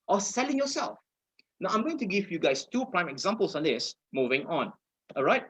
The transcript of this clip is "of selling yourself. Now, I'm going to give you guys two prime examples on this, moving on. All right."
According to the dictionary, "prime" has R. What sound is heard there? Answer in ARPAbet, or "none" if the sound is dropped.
R